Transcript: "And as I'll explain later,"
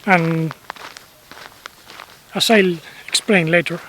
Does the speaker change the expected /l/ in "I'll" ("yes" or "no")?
no